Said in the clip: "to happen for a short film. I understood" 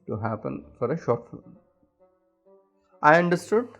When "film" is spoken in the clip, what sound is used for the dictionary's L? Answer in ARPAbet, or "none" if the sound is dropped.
none